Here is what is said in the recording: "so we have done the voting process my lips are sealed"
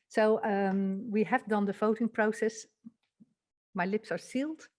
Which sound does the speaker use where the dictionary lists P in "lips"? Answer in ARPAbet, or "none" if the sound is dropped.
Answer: P